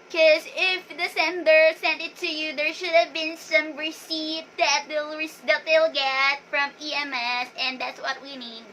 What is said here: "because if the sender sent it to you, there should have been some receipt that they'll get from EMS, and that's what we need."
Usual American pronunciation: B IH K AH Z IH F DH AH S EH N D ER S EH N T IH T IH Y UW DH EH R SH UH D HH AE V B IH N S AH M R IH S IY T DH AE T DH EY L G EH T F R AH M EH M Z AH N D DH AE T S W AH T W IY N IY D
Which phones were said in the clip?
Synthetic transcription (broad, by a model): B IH K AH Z IH F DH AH S EH N D ER S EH N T IH T IH Y UW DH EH R SH UH D HH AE V B IH N S AH M R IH S IY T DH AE T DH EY L G EH T F R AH M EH M S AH N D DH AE T S W AH T W IY N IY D